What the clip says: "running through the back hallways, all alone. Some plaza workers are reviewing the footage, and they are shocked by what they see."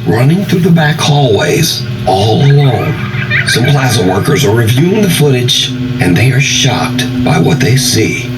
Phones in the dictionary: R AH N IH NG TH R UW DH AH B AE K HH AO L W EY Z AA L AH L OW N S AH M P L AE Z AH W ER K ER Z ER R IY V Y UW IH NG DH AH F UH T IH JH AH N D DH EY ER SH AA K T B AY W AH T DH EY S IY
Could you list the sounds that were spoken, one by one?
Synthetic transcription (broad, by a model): R AH N IH NG TH R UW DH AH B AE K HH AO L W EY Z AA L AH L OW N S AH M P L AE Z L W ER K ER Z ER R IY V Y UW IH NG DH AH F UH T IH JH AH N DH EY ER SH AA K T B AY W AH T DH EY S IY